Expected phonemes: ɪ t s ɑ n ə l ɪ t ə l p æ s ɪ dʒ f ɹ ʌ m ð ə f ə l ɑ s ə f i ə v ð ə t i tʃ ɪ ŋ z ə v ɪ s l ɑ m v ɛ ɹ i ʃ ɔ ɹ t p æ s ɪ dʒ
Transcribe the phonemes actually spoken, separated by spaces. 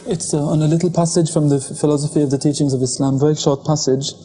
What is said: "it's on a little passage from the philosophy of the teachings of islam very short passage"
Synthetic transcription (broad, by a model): ɪ t s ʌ n ə l ɪ t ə l p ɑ s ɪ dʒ f ɹ ʌ m ð ə f ə l ɑ s ə f i ə v ð ə t i tʃ ɪ ŋ z ə v ɪ s l ɑ m v ɛ ɹ i ʃ ɔ ɹ t p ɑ s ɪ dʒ